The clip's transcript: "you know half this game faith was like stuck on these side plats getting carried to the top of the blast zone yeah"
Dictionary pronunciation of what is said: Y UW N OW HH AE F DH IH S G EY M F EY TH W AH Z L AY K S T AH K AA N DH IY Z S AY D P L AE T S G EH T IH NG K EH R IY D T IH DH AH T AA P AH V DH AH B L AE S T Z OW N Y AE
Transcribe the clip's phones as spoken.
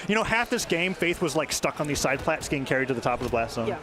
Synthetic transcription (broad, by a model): Y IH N OW HH AE F DH IH S G EY M F EY TH W AH Z L AY K S T AH K N DH IY Z S AY D P L AE T S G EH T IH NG K EH R IY D T IH DH AH T AA P AH V DH AH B L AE S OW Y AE